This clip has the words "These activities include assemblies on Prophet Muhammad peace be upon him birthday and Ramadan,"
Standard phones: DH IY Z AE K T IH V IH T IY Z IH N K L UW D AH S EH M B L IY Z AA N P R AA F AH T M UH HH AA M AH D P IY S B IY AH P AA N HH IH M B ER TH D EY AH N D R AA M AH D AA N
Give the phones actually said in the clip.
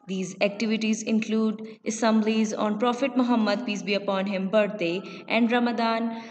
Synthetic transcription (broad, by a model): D IY Z AE K T IH V IH T IY Z IH N K L UW D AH S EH M B L IY Z AA N P R AA F AH T M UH HH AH M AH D P IY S B IY AH P AA N HH IH M B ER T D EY AH N D R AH M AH D AA N